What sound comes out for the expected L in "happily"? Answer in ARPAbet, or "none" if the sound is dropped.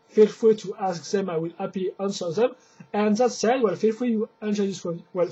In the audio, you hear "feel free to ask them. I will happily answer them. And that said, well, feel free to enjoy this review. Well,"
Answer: none